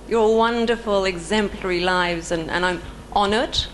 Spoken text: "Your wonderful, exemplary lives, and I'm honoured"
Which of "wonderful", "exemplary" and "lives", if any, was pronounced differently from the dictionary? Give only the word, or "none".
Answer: none